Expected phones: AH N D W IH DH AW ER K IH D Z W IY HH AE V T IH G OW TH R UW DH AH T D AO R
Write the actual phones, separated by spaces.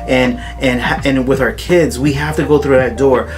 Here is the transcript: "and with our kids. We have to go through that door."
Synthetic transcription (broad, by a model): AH N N W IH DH AW ER K IH D Z W IY HH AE F T IH G OW TH R UW DH AH T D AO R